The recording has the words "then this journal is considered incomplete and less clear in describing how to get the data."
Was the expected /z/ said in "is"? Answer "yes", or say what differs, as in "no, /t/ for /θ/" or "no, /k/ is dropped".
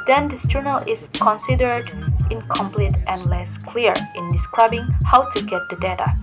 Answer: no, /s/ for /z/